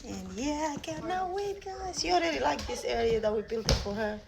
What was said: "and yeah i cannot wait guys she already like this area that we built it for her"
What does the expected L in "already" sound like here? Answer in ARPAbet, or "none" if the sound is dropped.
N